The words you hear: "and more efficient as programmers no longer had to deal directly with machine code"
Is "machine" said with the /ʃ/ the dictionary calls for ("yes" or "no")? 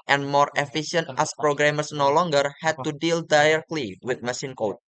no